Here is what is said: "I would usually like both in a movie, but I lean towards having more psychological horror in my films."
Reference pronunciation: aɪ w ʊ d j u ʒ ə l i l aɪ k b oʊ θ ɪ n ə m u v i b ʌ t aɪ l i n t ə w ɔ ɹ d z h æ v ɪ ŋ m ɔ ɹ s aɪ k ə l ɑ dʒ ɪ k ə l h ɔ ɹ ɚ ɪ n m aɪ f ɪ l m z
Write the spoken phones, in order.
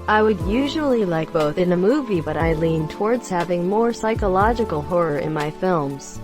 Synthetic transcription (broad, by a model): aɪ w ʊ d j u ʒ ə l i l aɪ k b oʊ θ ɪ n ə m u v i b ʌ t aɪ l i n t ə w ɔ ɹ d z h æ v ɪ ŋ m ɔ ɹ s aɪ k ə l ɑ dʒ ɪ k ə l h ɔ ɹ ɚ ɪ n m aɪ f ɪ l m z